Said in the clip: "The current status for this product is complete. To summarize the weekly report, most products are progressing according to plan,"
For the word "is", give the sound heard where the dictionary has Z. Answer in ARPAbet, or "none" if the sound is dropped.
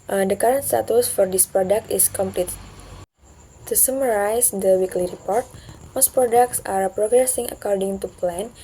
S